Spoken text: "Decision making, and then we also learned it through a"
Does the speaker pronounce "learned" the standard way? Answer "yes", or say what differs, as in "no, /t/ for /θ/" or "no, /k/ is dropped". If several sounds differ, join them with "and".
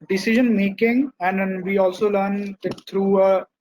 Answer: no, /d/ is dropped